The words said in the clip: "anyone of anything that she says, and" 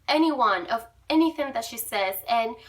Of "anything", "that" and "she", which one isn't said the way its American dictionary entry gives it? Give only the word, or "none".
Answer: none